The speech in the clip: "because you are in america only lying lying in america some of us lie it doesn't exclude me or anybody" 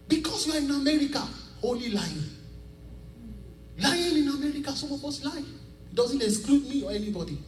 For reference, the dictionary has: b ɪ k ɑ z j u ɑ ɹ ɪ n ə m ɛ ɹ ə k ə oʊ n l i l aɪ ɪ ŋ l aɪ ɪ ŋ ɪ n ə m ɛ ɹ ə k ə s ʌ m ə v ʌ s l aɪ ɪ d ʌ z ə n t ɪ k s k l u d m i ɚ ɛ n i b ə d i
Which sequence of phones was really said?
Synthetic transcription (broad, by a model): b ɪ k ɑ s j u ɑ ɹ ɪ n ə m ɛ ɹ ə k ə oʊ l i l aɪ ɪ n l aɪ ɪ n ɪ n ə m ɛ ɹ ə k ə s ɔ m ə b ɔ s l aɪ ɪ d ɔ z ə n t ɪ s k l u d m i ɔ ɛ n i b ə d i